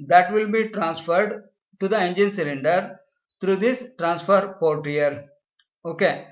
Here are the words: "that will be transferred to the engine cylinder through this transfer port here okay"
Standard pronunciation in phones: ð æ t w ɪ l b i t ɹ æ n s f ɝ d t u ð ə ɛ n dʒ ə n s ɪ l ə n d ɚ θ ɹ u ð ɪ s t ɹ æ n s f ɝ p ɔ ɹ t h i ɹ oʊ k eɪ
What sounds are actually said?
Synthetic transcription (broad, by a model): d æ t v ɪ l b i t ɹ æ n s f ɝ d t u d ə ɛ n dʒ ə n s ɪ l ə n d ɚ t ɹ u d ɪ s t ɹ æ n s f ɝ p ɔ ɹ t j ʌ ɹ oʊ k eɪ